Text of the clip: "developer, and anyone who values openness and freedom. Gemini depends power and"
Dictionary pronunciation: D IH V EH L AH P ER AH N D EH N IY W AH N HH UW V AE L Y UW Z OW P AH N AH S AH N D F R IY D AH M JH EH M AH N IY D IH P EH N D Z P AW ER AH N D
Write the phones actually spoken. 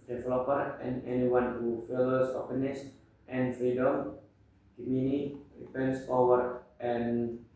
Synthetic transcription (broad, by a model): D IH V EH L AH P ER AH N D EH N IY W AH N HH UW F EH L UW S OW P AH N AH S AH N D F R IY D AH M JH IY M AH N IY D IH P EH N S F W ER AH N